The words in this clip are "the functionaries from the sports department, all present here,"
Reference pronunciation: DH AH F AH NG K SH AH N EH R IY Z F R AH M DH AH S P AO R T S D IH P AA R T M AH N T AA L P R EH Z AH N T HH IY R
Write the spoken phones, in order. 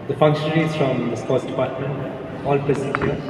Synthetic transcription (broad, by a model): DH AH F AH NG K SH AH N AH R IY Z F R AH M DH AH S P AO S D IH P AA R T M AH N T AA L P EH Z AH T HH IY